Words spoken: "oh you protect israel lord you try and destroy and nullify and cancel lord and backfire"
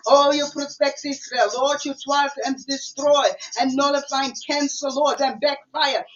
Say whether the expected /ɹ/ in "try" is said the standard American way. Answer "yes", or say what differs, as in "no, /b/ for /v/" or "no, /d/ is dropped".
no, /w/ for /ɹ/